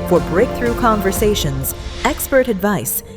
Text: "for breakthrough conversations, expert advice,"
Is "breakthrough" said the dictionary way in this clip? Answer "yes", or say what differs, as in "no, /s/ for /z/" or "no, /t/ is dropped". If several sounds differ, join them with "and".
yes